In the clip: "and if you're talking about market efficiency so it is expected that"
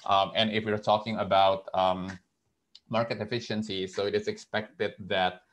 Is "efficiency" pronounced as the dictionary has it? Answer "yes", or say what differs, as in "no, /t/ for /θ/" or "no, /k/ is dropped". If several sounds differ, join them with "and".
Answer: yes